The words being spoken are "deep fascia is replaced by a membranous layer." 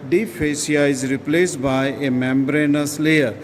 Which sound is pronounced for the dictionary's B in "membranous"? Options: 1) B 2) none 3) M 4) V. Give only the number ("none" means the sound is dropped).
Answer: 1